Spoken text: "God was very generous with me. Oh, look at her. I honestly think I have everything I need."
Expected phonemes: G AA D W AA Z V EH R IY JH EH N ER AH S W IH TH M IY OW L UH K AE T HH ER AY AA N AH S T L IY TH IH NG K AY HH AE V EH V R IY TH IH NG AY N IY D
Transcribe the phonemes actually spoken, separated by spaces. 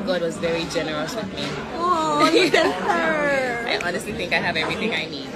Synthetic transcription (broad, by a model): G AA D W AA Z V EH R IY JH EH N ER AH S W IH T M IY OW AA IH T AA N AH S T L IY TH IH NG K AY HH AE V EH V R IY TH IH NG AY N IY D